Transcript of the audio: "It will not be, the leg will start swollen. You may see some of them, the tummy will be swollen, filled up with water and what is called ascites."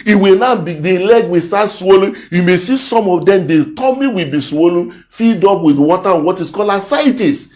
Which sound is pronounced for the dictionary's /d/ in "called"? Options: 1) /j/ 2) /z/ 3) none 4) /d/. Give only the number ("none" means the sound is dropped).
3